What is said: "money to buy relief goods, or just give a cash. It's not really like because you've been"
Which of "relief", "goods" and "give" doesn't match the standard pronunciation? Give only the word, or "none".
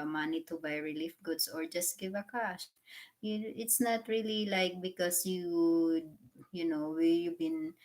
goods